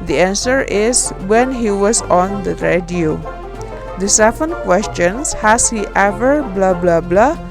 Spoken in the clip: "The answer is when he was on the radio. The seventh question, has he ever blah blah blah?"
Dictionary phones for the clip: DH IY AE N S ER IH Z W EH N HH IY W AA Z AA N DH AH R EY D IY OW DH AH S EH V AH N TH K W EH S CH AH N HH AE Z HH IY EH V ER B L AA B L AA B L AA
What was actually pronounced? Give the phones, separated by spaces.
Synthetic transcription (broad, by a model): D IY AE N S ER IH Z W EH N HH IY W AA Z AA N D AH R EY D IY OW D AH S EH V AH N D K W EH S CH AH N HH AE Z HH IY EH V ER B L AA B L AA B L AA